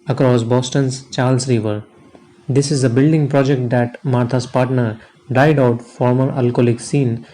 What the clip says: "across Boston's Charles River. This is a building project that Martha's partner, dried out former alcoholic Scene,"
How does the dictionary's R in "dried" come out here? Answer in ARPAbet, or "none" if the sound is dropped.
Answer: none